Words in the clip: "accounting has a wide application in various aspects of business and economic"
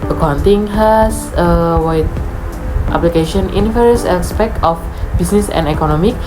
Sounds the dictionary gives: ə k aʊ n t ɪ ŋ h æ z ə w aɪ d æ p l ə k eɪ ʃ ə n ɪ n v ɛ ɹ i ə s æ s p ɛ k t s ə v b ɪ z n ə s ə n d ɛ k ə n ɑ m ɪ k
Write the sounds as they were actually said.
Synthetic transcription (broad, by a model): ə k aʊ n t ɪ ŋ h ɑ s ə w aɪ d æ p l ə k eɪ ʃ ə n ɪ n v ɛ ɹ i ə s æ s p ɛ k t ə f b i s n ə s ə n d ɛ k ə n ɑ m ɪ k